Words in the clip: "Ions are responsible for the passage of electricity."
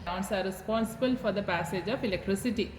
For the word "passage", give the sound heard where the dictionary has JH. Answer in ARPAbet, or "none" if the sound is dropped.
JH